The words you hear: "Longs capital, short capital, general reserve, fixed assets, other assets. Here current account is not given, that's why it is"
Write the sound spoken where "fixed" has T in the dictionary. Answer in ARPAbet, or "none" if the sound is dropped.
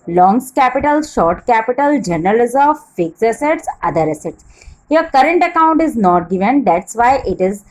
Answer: none